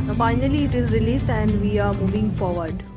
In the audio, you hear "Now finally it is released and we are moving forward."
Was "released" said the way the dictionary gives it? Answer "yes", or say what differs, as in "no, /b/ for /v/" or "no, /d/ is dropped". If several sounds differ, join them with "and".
yes